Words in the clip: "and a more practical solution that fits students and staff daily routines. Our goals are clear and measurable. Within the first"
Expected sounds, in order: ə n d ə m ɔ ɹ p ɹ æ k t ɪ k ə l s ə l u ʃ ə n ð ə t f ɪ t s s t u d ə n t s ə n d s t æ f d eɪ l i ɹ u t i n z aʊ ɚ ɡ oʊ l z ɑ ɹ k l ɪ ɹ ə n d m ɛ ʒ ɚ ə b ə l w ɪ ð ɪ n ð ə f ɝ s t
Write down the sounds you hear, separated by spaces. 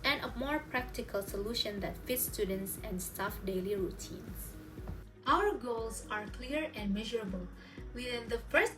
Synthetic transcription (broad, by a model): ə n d ə m ɔ ɹ p ɹ æ k t ɪ k ə l s ə l u ʃ ə n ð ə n f ɪ t s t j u d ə n t s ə n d s t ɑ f d eɪ l i ɹ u t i n s aʊ ɚ ɡ oʊ l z ɑ ɹ k l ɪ ɹ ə n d m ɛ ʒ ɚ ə b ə l w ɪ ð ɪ n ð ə f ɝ s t